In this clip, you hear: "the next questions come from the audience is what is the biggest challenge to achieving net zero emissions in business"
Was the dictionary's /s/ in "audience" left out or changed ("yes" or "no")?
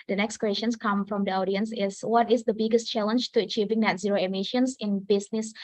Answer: no